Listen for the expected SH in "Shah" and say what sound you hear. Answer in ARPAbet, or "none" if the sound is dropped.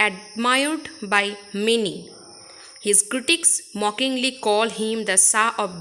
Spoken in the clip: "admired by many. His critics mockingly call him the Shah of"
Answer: S